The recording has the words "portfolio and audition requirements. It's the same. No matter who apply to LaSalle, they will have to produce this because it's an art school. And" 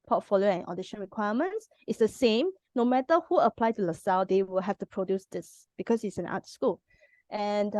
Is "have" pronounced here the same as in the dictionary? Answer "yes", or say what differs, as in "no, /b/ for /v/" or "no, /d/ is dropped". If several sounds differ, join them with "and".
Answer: no, /f/ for /v/